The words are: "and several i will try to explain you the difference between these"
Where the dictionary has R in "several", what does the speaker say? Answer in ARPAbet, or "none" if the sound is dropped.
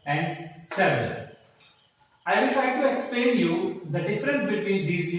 none